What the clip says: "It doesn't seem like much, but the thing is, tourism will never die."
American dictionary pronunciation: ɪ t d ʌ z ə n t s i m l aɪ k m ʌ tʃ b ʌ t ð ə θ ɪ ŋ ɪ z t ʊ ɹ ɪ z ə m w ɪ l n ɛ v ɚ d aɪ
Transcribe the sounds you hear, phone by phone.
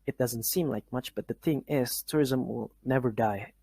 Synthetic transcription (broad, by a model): ɪ t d ʌ z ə n t s i m l aɪ k m ʌ tʃ b ʌ t ð ə θ ɪ ŋ ɪ z t ʊ ɹ ɪ z ə m w ɪ l n ɛ v ɚ d aɪ